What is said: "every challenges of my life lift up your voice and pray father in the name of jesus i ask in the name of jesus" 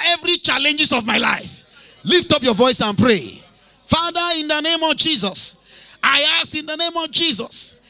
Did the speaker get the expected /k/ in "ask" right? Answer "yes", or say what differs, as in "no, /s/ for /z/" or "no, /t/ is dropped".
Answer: no, /k/ is dropped